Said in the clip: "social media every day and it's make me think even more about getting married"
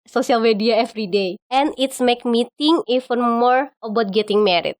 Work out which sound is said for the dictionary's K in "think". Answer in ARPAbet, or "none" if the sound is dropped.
none